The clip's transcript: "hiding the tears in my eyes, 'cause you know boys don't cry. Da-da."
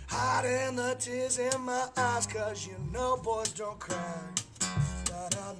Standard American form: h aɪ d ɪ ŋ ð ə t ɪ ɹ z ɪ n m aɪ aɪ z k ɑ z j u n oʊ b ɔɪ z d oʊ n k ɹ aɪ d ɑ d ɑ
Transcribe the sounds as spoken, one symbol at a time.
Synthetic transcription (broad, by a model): h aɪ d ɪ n ð ə t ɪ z ɪ n m aɪ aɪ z k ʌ z j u n oʊ b ɔɪ z d oʊ n k ɹ aɪ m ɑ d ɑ